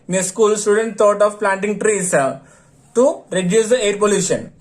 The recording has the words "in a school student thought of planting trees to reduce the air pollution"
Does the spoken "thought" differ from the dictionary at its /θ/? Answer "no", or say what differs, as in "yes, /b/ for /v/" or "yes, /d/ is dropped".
yes, /t/ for /θ/